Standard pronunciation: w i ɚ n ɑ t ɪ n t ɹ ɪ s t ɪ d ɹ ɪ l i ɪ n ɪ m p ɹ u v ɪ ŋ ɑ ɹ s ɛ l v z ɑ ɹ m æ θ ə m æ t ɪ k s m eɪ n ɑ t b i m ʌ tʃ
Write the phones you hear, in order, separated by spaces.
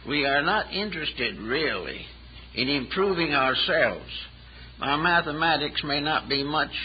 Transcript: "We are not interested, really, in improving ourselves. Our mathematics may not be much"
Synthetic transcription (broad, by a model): w i ɚ n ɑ t ɪ n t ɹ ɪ s t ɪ d ɹ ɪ l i ɪ n ɪ m p ɹ u v ɪ ŋ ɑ ɹ s ɛ l v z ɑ m æ θ ə m æ t ɪ k s m eɪ n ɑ t b i m ʌ tʃ